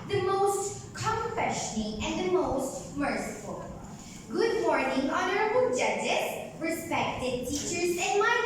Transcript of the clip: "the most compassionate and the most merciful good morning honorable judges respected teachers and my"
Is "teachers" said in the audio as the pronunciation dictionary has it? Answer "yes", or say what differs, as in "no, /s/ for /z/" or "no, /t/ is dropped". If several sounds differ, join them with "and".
yes